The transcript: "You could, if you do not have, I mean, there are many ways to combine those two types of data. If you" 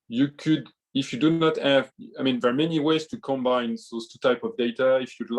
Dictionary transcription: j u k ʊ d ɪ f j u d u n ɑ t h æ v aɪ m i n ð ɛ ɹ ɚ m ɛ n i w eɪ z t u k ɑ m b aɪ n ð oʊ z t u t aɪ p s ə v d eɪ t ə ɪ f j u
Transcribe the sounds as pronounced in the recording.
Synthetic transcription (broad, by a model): j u k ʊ d ɪ f j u d u n ɑ t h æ v aɪ m i n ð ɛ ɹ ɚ m ɛ n i w eɪ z t u k ɑ m b aɪ n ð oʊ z t u t aɪ p ə v d eɪ t ə ɪ f j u